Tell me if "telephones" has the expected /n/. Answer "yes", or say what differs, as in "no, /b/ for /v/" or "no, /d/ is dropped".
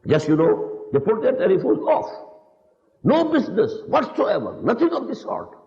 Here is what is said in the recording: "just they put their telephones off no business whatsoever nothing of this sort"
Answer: no, /n/ is dropped